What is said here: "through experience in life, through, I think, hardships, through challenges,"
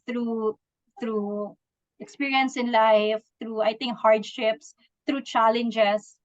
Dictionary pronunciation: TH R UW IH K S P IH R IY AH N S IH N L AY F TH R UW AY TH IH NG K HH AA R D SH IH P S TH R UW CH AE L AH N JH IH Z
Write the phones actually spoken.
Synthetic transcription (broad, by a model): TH R UW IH K S P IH R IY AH N S IH N L AY F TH R UW AY T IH NG K HH AA R D SH IH P S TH R UW CH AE L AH N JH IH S